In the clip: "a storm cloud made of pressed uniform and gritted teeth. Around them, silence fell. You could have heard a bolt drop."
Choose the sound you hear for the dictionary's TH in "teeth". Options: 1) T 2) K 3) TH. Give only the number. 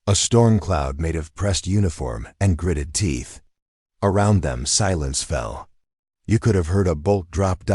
3